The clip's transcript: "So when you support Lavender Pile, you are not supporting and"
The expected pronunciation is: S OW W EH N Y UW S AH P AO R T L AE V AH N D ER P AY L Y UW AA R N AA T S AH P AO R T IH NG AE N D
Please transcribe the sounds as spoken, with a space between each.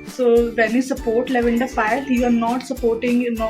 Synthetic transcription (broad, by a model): S OW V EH N Y UW S AH P AO R T L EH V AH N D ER F AY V Y UW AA R N AA T S AH P AO R T IH NG N